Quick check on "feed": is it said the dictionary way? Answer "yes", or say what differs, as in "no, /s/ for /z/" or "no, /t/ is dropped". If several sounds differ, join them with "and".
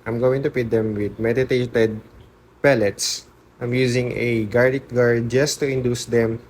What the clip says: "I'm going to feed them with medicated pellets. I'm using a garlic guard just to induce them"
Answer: no, /p/ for /f/